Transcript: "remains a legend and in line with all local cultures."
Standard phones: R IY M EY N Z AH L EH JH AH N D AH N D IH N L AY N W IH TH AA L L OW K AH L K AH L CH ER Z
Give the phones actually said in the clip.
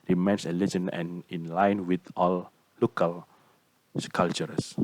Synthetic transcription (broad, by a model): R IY M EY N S AH L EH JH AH N AH N IH N L AY N W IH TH AA L L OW K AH L K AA L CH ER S